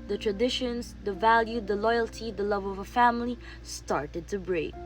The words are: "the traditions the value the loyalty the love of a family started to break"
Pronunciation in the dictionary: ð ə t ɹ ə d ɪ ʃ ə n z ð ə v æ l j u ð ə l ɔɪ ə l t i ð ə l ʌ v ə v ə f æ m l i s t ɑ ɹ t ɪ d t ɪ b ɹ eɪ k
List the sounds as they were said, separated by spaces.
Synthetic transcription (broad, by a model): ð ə t ɹ ə d ɪ ʃ ə n z ð ə v æ l j u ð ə l ɔɪ ə l t i ð ə l ʌ v ə v ə f æ m l i s t ɑ ɹ t ɪ d t ɪ b ɹ eɪ k